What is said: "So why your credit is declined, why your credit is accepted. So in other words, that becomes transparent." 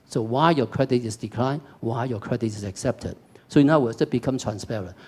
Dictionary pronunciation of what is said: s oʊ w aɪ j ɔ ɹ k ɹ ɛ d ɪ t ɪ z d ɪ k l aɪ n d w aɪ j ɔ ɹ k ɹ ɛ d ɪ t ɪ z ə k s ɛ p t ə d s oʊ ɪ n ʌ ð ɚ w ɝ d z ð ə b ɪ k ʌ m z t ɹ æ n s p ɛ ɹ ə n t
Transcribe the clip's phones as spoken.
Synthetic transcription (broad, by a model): s oʊ w aɪ j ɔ k ɹ ɛ d ɪ t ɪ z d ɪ k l aɪ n w aɪ j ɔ k ɹ ɛ d ɪ t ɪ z ə k s ɛ p t ə d s oʊ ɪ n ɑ ʊ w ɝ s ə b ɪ k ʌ m t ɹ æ n s p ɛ ɹ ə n